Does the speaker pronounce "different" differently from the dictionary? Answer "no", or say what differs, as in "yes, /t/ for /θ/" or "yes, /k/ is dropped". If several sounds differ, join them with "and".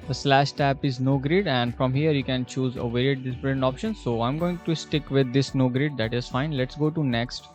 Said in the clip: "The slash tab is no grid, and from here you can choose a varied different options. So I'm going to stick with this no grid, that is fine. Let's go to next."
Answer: yes, /p/ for /f/